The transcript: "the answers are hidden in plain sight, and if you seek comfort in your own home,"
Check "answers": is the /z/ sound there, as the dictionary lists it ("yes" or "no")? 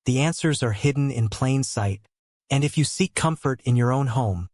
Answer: yes